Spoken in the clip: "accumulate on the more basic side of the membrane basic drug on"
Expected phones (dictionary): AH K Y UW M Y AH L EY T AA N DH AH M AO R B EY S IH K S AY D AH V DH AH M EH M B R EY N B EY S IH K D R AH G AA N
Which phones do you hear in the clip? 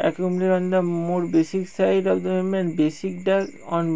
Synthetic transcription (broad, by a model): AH K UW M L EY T AA N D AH M AO R B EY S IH K S AY D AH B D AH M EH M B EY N B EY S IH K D EH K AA N